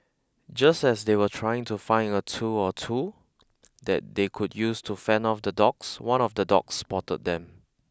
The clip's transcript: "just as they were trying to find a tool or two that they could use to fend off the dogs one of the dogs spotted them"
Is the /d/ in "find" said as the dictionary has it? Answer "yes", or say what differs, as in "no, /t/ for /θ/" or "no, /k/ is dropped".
no, /d/ is dropped